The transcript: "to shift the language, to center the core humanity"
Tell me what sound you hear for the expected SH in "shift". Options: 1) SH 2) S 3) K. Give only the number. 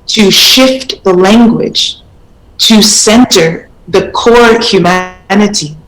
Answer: 1